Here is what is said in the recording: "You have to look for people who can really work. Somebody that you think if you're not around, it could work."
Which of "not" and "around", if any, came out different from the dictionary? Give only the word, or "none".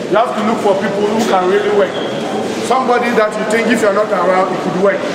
around